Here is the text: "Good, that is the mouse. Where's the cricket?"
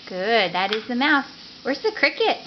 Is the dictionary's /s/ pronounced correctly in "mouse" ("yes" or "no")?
no